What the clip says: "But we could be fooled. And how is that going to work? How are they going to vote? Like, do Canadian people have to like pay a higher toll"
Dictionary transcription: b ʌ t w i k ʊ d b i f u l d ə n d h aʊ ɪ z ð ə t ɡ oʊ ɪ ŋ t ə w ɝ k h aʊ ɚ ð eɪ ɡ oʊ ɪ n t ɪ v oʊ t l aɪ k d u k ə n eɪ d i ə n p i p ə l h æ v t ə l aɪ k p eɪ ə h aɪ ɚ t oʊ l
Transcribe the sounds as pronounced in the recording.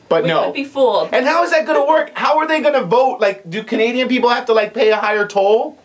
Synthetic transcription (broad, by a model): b ʌ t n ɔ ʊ b i f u l ə n h aʊ ɪ z ð ə t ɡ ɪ t ə w ɝ k h aʊ ɚ ð eɪ ɡ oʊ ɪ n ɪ v oʊ t l aɪ k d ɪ k ə n eɪ d i ə n p i p l h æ f t ə l aɪ k p eɪ ə h aɪ ɚ t oʊ l